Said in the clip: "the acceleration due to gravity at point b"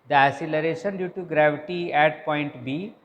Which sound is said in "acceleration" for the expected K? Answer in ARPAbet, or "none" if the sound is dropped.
none